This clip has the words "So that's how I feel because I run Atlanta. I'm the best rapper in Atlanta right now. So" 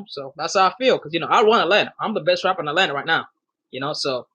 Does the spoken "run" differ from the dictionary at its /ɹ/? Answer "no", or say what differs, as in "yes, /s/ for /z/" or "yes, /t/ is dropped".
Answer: yes, /w/ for /ɹ/